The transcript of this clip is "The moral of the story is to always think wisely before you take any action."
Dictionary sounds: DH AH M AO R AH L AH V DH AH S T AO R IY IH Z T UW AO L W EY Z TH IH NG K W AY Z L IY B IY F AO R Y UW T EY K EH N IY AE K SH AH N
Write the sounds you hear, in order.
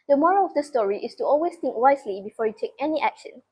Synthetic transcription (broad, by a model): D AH M AO R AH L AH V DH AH S T AO R IY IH S T UW AO L W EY S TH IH NG K W AY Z L IY B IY F AO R Y UW T EY K EH N IY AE K SH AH N